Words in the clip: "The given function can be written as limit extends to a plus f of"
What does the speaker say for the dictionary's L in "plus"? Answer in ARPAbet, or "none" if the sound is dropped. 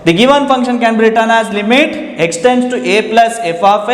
L